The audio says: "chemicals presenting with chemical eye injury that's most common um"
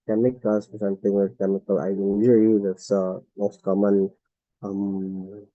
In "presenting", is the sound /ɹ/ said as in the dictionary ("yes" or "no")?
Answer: no